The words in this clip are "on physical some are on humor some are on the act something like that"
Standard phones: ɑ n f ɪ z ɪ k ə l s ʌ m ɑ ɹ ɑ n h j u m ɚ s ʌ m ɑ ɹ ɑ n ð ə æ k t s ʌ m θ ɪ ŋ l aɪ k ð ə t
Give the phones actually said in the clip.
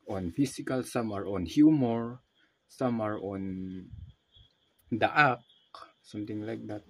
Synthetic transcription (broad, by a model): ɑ n f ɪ s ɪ k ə l s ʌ m ɑ ɹ ɑ n h j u m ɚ s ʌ m ɑ ɹ ɑ n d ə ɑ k s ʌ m t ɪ ŋ l aɪ k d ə t